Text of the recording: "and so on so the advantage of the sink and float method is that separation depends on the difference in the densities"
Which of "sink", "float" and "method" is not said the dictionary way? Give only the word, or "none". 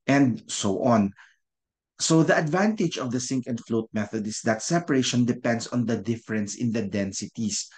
none